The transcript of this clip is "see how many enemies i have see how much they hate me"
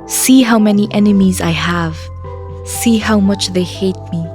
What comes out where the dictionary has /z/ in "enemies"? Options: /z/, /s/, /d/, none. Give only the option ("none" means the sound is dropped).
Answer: /z/